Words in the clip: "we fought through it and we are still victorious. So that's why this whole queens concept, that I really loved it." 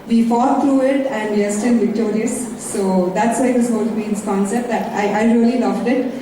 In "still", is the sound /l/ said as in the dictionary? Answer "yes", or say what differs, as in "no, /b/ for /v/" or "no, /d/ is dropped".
no, /n/ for /l/